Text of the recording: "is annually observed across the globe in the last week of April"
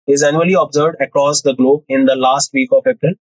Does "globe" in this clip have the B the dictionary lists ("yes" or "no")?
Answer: yes